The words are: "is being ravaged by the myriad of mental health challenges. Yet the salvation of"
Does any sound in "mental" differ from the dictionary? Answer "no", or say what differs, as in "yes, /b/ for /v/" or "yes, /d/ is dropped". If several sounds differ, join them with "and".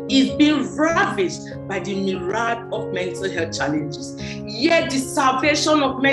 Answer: no